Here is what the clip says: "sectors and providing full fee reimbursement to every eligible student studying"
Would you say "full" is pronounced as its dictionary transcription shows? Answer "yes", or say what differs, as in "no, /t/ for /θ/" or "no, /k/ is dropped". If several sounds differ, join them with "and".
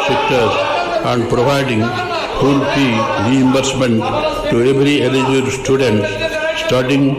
no, /p/ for /f/